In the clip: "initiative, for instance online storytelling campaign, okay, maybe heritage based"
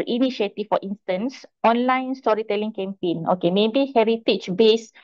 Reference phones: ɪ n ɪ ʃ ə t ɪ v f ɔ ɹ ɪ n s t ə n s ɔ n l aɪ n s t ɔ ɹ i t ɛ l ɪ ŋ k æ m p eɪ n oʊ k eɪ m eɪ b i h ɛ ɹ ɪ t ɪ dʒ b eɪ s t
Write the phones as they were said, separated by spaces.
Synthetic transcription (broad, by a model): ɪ n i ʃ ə t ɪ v f ɔ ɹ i n s t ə n s ɔ n l aɪ n s t ɔ ɹ i t ɛ l ɪ ŋ k æ m p eɪ n oʊ k eɪ m eɪ b i h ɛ ɹ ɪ t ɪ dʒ b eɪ s